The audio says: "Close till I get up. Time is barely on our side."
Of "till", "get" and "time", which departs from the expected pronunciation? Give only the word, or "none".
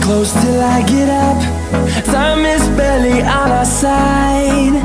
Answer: time